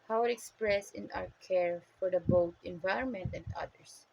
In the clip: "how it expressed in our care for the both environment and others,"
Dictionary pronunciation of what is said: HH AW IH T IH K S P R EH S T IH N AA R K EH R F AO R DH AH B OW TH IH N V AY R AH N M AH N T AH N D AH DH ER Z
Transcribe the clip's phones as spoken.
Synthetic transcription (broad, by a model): HH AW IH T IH K S P R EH S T IH N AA W K EH R F AO R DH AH B OW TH IH N V AY R AH N M AH N T AH N D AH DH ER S